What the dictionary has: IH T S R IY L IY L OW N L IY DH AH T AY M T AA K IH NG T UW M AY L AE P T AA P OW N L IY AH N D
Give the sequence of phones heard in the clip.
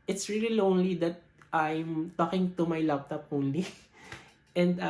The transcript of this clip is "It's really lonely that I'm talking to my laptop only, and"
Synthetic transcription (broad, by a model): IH T S R IY L IY L OW N L IY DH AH T AY M T AA K IH NG T UW M AY L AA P T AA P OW L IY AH N D